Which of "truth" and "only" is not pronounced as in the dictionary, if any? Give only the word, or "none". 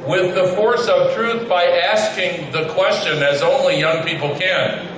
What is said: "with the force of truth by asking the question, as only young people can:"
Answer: none